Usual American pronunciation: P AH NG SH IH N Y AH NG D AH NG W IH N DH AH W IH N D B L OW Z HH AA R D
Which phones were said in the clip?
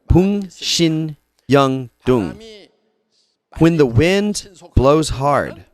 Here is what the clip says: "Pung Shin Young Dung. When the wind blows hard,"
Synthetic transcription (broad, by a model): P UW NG SH IH N Y AH NG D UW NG W IH N DH AH W IH N D B L OW Z HH AA R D